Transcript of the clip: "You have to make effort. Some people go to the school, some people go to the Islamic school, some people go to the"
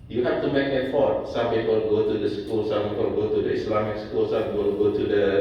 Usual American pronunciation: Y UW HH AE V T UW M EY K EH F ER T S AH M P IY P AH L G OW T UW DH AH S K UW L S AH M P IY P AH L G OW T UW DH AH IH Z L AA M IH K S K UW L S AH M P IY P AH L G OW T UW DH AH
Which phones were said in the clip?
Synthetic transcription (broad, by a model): Y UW HH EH F T UW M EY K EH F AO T S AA M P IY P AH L G OW T UW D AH S K UW L S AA M P IY P AH L G OW T UW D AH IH S L AA M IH K S K UW L S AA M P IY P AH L G OW T UW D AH